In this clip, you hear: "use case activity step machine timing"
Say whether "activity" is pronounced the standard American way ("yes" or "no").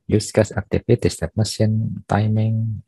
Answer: no